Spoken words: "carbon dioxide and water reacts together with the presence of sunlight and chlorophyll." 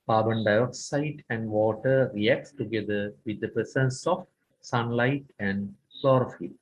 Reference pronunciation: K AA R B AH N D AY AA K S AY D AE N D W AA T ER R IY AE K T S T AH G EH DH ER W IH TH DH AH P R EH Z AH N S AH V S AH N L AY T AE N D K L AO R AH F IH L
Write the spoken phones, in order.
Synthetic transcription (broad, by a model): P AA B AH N D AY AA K S AY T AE N D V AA T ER R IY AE K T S T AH G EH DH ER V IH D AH P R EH S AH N S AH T S AH N L AY T AE N D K L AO R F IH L